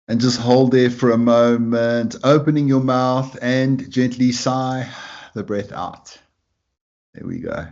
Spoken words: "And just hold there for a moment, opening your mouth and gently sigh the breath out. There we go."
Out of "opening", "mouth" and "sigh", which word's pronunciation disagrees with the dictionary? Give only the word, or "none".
none